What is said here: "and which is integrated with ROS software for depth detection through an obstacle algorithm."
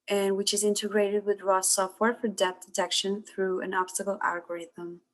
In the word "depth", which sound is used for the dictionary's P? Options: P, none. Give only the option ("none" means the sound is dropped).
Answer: none